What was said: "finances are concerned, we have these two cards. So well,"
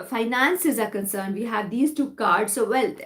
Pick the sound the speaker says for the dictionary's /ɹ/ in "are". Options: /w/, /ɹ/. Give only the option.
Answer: /ɹ/